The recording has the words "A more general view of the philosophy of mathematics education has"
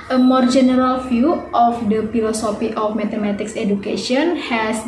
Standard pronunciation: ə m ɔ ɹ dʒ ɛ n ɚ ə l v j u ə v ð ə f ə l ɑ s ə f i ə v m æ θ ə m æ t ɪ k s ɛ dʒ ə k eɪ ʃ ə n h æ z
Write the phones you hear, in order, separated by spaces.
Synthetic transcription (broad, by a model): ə m ɔ ɹ dʒ ɛ n ɚ ə l f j u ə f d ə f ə l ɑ s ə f i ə f m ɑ t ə m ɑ t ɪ k s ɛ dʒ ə k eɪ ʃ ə n h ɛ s